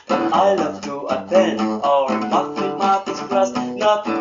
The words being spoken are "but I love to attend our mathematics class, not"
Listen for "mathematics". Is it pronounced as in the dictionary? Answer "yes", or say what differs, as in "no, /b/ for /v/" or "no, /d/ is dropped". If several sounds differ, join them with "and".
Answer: no, /k/ is dropped